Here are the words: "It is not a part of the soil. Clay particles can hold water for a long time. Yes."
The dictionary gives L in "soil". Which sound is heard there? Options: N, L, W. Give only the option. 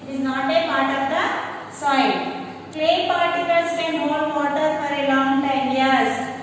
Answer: N